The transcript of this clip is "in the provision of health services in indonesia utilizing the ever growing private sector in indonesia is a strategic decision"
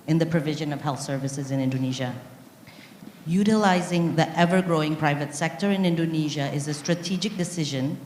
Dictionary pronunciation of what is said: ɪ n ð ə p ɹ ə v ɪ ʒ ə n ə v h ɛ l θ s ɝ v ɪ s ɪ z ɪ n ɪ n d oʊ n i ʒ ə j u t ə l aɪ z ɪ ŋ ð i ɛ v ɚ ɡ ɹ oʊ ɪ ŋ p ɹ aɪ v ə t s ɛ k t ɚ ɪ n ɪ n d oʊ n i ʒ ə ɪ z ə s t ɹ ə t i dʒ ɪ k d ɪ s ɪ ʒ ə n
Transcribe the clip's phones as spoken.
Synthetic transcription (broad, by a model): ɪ n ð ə p ɹ ə v ɪ ʒ ə n ə v h ɛ l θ s ɝ v ɪ s ɪ z ɪ n ɪ n d oʊ n i ʒ ə j u t ə l aɪ z ɪ ŋ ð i ɛ v ɚ ɡ ɹ oʊ ɪ ŋ p ɹ aɪ v ə t s ɛ k t ɚ ɪ n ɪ n d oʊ n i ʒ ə ɪ z ə s t ɹ ə t i dʒ ɪ k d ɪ s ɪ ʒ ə n